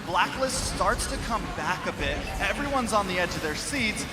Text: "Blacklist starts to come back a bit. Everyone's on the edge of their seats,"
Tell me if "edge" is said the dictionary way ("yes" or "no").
yes